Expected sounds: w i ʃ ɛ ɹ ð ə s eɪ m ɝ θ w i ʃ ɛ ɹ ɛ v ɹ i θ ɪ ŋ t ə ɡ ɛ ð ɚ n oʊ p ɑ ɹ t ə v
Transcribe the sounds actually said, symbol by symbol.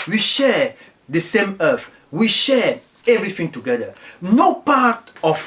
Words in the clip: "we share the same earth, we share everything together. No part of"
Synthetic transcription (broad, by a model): w i ʃ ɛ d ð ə s eɪ m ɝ f w i ʃ ɛ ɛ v ɹ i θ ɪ ŋ t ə ɡ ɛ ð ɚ n oʊ p ɑ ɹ t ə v